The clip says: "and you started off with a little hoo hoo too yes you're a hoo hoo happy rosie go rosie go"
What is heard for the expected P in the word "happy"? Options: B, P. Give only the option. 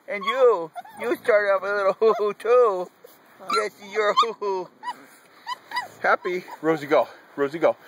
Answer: P